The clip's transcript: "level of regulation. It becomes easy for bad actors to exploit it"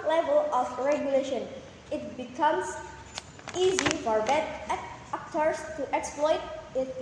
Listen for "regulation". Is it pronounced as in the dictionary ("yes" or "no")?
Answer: yes